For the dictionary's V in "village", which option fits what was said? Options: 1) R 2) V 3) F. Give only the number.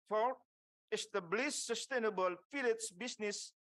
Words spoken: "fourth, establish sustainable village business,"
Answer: 3